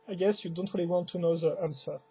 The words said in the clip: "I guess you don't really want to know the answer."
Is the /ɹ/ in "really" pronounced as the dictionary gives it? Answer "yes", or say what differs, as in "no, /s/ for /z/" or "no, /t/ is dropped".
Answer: yes